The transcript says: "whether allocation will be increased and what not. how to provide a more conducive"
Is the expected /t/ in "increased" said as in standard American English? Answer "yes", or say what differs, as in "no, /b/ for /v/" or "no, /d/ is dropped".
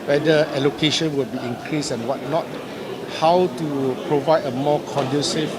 no, /t/ is dropped